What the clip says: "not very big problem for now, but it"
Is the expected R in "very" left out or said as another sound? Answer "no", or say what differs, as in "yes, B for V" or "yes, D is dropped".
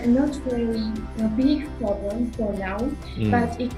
yes, L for R